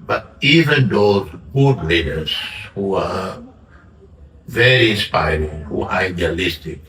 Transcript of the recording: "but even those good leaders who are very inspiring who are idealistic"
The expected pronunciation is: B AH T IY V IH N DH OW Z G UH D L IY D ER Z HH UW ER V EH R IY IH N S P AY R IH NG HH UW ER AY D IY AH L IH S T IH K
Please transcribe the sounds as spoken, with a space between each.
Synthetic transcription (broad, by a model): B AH T IY V IH N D OW G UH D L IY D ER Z HH UW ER V EH R IY IH N S P AY R IH NG HH UW AY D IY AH L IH S T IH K